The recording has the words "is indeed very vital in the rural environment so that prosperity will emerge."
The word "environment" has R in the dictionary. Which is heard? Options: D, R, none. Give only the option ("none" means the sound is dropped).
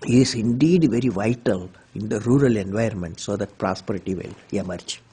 none